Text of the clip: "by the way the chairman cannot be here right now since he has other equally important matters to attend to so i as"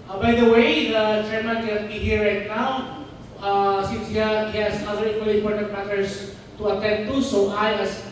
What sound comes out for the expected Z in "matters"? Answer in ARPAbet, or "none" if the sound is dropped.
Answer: S